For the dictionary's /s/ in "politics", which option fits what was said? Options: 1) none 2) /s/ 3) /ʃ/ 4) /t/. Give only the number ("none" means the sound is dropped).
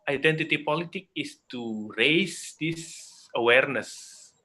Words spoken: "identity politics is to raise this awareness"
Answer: 1